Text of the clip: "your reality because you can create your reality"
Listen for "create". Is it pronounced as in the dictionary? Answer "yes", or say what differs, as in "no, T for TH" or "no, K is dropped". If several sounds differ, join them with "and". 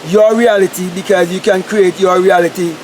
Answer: yes